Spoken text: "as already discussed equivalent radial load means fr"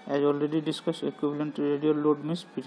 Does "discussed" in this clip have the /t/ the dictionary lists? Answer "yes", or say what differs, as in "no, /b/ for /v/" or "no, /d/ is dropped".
no, /t/ is dropped